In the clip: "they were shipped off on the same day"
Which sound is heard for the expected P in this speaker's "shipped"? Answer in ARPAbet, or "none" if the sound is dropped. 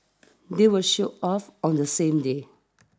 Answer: none